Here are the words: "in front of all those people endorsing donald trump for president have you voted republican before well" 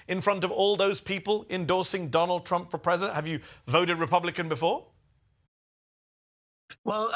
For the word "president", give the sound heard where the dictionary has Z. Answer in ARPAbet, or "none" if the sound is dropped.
Z